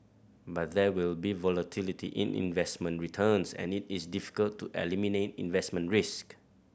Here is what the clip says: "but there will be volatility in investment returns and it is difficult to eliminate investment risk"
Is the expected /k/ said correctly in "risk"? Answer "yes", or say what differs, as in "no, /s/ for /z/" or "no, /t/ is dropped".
yes